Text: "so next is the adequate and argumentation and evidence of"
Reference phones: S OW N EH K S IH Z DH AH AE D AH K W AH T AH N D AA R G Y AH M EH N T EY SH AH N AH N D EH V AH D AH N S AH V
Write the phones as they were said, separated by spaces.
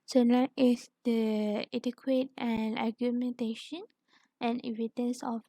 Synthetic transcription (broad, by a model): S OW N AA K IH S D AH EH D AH K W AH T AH N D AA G Y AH M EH N T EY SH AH N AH N EH V AH D AH N S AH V